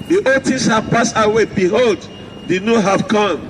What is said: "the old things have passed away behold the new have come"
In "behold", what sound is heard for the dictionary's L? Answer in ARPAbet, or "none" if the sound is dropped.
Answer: L